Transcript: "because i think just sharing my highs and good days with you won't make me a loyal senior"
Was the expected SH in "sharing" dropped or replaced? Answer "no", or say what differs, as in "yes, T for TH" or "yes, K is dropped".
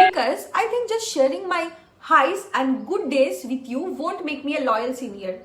no